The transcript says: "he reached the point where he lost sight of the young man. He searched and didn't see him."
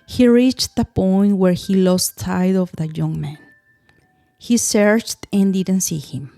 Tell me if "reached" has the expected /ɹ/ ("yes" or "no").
yes